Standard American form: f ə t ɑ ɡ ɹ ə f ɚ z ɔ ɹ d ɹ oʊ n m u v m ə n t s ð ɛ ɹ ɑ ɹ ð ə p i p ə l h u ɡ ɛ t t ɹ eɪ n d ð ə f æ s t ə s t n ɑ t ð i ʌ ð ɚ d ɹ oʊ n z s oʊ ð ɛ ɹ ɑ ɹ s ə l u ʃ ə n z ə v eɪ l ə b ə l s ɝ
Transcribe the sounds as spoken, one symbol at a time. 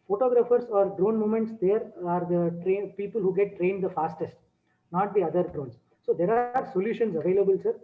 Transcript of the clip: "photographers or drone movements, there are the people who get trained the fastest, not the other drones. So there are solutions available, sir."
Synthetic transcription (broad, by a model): f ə t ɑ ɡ ɹ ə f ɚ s ɔ ɹ d ɹ oʊ n m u m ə n t s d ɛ ɹ ɑ ɹ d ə p i p ə l h u ɡ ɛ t t ɹ eɪ n d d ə f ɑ s t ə s t n ɑ t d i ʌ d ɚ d ɹ oʊ n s s oʊ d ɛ ɹ ɑ ɹ s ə l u ʃ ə n s ə v eɪ l ə b ə l s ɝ